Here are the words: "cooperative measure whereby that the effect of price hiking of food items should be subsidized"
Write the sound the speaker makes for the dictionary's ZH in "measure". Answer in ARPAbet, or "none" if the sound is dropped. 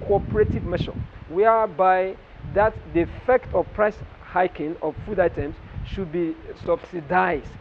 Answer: SH